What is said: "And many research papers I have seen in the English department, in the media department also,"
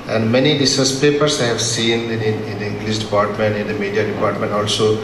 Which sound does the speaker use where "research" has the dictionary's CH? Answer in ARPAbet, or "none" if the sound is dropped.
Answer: S